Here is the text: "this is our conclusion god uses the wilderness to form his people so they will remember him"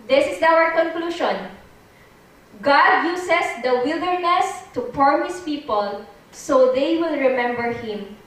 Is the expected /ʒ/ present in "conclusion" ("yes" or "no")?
no